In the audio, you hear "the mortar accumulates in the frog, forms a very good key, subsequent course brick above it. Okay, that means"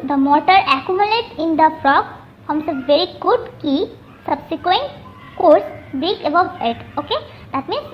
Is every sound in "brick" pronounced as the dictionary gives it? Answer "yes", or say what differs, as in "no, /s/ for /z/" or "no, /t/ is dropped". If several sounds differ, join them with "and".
no, /ɹ/ is dropped